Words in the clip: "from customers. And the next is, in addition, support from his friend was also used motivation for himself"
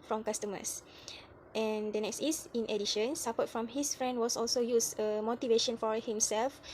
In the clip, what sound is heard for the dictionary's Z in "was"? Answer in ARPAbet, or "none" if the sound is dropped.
S